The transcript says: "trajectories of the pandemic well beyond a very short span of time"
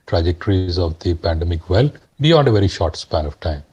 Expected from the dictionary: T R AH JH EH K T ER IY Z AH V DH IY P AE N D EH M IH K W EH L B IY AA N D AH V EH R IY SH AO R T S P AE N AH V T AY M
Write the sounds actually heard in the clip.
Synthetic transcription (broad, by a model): T R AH JH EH K T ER IY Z AH V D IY P AE N D EH M IH K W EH L B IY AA N D AH V EH R IY SH AO R T S P AE N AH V T AY M